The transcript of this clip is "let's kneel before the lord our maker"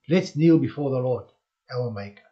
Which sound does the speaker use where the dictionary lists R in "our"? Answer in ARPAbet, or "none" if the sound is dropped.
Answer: L